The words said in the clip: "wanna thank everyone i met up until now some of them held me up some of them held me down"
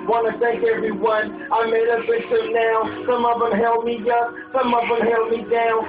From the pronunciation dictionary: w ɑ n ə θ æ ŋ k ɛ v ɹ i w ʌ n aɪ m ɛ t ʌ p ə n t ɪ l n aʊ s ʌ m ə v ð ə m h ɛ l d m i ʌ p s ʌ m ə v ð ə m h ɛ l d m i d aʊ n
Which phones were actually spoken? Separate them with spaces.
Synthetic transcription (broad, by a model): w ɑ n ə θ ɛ k ɛ v ɹ i w ʌ n aɪ m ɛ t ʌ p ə t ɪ n aʊ s ʌ m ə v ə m h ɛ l m i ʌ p s ʌ m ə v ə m h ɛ l m i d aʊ